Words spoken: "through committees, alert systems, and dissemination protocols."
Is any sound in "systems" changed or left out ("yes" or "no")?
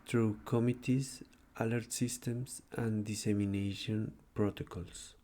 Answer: yes